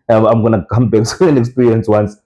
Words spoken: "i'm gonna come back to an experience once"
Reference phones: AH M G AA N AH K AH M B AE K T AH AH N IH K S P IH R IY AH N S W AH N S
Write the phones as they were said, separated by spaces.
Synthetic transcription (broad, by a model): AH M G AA N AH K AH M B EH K S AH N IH K S P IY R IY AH N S W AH N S